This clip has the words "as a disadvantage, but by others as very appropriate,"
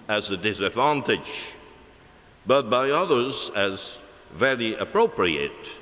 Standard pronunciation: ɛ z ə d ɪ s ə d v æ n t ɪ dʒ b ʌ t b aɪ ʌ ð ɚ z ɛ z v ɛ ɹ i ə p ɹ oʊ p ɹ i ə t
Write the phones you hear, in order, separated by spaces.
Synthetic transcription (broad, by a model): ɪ z ə d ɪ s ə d v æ n t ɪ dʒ b ʌ t b aɪ ʌ ð ɚ z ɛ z v ɛ ɹ i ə p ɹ oʊ p ɹ i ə t